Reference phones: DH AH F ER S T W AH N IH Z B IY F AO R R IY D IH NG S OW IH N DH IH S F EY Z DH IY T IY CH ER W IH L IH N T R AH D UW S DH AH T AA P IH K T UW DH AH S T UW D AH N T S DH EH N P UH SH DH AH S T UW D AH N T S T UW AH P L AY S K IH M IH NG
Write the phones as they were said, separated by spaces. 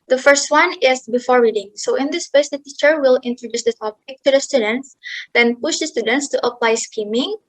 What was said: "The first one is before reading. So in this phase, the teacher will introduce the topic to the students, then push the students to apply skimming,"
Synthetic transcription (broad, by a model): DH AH F ER S T W AH N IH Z B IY F AO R R IY D IH NG S OW IH N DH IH S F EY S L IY T IY CH ER W IH L IH N T R AH D UW S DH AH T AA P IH K T UW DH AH S T UW D AH N T S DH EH N P UH SH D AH S T UW D AH N T S T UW AH P L AY S K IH M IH NG